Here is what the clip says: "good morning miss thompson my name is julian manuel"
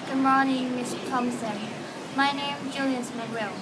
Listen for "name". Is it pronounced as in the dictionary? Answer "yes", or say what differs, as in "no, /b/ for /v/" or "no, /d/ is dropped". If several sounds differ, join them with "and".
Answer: no, /m/ is dropped